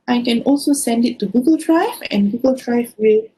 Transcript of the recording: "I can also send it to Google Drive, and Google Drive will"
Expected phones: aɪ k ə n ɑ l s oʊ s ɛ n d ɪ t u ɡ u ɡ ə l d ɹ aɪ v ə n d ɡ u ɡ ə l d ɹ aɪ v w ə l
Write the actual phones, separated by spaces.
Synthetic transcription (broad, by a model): aɪ k ə n ɑ l s oʊ s ɛ n d ɪ t u ɡ u ɡ ə l d ɹ aɪ v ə n ɡ u ɡ ə l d ɹ aɪ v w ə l